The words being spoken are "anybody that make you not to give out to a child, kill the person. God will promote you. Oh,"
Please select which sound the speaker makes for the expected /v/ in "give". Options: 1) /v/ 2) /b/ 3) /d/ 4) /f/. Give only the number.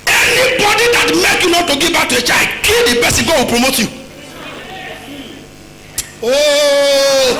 2